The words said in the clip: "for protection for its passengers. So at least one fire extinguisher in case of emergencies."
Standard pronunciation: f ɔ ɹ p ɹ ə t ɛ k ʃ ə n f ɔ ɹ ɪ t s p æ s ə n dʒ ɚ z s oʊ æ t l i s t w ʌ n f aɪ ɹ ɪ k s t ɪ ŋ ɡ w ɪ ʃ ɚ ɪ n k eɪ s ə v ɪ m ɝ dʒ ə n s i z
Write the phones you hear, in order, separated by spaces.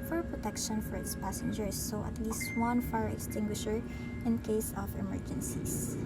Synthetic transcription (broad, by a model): f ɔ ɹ p ɹ ə t ɛ k ʃ ə n f ɔ ɹ ɪ t s p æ s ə n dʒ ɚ s oʊ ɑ t l i s t w ʌ n f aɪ ɹ ɪ k s t ɪ ŋ ɡ w ɪ ʃ ɚ ɪ n k eɪ s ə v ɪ m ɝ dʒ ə n s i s